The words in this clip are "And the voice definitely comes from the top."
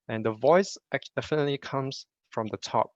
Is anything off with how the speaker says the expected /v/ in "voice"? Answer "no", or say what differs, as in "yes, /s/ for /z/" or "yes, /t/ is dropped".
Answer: no